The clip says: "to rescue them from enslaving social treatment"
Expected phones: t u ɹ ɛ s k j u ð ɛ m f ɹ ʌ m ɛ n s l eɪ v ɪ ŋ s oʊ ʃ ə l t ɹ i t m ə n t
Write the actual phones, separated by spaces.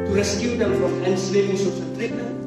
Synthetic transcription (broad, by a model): t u ɹ ɛ s k j u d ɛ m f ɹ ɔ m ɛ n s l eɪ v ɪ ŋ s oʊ s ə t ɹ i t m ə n